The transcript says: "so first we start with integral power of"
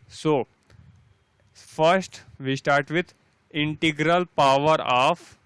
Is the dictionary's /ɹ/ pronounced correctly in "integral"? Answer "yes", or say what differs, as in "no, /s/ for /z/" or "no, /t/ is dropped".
yes